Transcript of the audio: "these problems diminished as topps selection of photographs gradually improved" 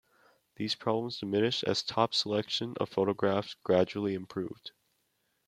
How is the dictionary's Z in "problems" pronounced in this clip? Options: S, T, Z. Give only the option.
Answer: Z